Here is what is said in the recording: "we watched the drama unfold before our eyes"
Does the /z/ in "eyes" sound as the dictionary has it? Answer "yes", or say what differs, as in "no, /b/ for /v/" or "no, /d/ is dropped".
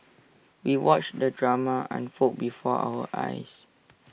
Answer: no, /s/ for /z/